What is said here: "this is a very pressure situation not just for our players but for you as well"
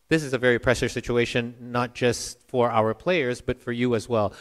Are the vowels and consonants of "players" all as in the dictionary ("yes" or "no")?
yes